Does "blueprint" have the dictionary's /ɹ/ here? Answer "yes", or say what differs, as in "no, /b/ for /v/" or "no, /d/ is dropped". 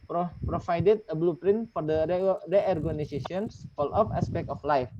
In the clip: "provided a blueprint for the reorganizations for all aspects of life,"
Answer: yes